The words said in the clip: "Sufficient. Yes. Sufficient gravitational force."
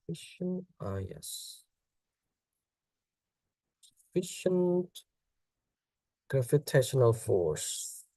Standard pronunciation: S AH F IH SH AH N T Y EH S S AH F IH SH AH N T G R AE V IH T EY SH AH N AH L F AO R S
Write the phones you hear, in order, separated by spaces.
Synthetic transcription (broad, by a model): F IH SH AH N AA Y EH S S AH F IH SH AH N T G R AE F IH T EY SH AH N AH L F AO R S